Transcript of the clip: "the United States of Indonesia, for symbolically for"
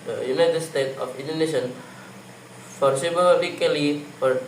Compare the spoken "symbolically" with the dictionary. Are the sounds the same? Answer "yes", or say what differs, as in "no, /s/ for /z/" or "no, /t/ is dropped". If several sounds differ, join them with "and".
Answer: no, /m/ is dropped